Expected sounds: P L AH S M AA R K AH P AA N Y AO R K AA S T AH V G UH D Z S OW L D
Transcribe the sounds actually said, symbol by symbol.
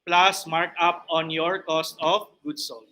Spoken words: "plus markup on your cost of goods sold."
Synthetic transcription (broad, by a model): P L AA S M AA R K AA P AA N Y AO R K AA S T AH F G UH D S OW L